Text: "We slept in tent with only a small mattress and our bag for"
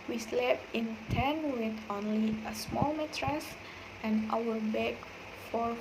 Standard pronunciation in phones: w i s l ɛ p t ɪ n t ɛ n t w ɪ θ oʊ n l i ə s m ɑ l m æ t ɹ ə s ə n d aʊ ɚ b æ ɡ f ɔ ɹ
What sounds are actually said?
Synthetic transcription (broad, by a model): w i s l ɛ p ɪ n t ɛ n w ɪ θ oʊ n l i ə s m ɑ l m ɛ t ɹ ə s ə n aʊ ɚ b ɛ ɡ f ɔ ɹ